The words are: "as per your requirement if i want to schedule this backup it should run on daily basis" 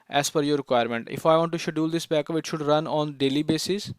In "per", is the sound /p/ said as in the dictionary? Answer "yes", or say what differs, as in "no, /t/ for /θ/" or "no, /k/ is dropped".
no, /f/ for /p/